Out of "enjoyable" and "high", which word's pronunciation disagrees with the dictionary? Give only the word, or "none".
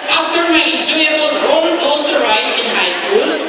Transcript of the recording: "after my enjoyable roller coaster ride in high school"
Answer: enjoyable